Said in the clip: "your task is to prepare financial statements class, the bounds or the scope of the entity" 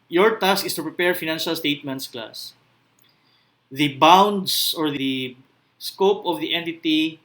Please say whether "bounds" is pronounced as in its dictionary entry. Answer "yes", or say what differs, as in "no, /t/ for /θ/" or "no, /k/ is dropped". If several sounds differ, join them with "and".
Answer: no, /s/ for /z/